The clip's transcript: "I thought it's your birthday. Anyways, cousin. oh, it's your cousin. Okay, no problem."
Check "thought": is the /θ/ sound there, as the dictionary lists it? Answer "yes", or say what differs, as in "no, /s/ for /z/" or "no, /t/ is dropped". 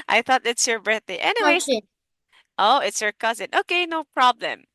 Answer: yes